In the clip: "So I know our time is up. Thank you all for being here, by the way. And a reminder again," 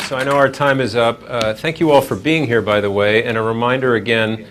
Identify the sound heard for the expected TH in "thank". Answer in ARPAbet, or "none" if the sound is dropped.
TH